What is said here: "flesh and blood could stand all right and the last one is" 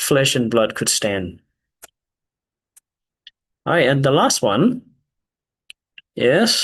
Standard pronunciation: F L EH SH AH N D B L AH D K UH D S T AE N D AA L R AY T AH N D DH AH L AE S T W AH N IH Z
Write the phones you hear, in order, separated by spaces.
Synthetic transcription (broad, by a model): F L EH SH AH N B L AH D K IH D S T AE N D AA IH AH N DH AH L AE S T W AH N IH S